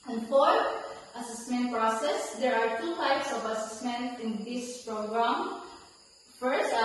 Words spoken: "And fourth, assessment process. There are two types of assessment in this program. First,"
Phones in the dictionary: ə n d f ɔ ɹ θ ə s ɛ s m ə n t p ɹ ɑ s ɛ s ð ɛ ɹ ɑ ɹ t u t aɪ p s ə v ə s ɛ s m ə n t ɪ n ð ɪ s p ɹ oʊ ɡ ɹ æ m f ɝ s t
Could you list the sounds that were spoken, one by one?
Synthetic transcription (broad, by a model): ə n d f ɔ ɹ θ ə s ɛ s m ə n t p ɹ ɑ s ɛ s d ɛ ɹ ɑ ɹ t u t aɪ p s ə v ə s ɛ s m ə n t ɪ n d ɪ s p ɹ oʊ ɡ ɹ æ m f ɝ s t